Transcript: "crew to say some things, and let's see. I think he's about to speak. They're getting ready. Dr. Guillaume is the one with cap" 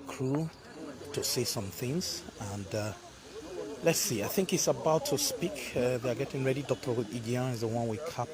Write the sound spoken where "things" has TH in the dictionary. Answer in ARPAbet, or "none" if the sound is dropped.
TH